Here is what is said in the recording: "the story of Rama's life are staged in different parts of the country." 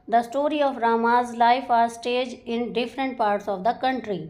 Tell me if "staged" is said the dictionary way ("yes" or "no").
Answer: no